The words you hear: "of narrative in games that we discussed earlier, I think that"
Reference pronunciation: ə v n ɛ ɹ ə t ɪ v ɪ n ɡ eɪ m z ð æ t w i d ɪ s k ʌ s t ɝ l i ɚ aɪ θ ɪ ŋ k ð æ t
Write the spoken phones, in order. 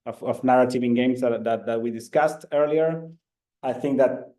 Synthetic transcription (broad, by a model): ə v n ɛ ɹ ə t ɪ v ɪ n ɡ eɪ m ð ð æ t w i d ɪ s k ʌ s t ɝ l i ɚ aɪ θ ɪ ŋ k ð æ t